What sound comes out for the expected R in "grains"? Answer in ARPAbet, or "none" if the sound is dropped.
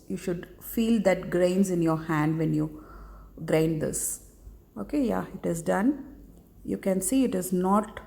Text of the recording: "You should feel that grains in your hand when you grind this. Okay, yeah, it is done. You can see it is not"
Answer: R